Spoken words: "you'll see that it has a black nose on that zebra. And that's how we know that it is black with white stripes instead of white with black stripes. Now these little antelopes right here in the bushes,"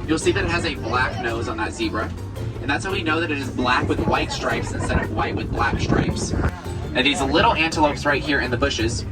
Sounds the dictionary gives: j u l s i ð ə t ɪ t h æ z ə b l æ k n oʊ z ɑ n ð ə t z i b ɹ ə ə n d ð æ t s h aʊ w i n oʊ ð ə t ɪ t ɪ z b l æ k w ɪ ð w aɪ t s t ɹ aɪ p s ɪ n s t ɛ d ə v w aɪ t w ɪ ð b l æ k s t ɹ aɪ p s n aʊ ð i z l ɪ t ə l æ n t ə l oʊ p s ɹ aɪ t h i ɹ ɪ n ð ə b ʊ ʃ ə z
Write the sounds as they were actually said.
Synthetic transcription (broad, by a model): j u l s i ð ə t ɪ t h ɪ z ə b l æ k n oʊ z n ð ə t z i b ɹ ə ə n ð æ t s h aʊ w i n oʊ ð ə t ɪ t ɪ z b l æ k w ɪ ð w aɪ t s t ɹ aɪ p s ɪ n s t ɛ d ə v w aɪ t w ɪ ð b l æ k s t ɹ aɪ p s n ð i z l ɪ t l æ n t ə l oʊ p s ɹ aɪ t h i ɹ ɪ n ð ə b ʊ ʃ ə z